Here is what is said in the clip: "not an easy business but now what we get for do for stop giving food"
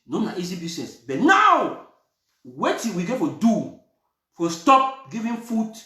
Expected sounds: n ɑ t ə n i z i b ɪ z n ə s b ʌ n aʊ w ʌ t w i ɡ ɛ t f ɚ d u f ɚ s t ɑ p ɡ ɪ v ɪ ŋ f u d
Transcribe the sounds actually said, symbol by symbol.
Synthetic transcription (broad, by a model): n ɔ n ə i z i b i s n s b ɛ n aʊ w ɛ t w i ɡ ɛ t f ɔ d u f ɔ s t ɑ p ɡ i v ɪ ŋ f u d